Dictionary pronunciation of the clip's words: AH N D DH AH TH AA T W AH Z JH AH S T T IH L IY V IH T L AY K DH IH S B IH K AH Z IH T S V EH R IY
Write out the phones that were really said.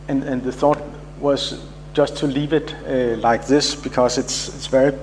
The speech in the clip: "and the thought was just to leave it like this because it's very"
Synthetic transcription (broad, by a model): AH N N DH AH TH AA T W AH Z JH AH S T T IH L IY V IH T L AY K DH IH S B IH K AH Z IH T S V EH R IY